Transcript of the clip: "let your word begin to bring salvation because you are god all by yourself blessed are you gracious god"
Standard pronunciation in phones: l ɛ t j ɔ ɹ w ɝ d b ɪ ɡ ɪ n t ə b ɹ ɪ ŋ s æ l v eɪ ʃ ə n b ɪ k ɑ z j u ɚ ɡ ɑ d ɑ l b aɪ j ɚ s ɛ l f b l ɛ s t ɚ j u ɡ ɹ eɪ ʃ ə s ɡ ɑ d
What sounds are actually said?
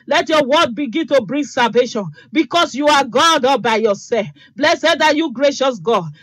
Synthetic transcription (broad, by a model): l ɛ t j ɔ w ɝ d b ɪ ɡ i n t ə b ɹ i ŋ s æ l v eɪ ʃ ə n b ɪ k ɑ s j u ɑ ɡ ɑ d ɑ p b aɪ j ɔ s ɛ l f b l ɛ s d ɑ j u ɡ ɹ eɪ ʃ ə s ɡ ɑ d